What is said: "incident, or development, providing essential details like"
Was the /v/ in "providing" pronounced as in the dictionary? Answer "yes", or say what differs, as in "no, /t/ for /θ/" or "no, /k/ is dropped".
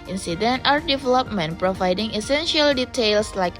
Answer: yes